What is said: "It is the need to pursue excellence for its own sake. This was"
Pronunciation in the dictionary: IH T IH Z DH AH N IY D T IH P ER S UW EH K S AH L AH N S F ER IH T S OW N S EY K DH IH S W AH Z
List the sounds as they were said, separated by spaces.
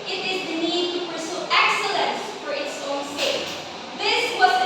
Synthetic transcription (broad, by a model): IH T IH Z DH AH N IY D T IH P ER S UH EH K S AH L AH N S F ER IH T S OW N S EY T DH IH S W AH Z